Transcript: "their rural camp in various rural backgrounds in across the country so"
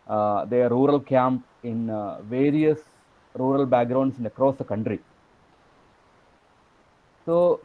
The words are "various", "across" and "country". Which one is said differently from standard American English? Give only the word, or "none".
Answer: none